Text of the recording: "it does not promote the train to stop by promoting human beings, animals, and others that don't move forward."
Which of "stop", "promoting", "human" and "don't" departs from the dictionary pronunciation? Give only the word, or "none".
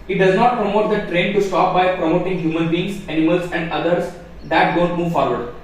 none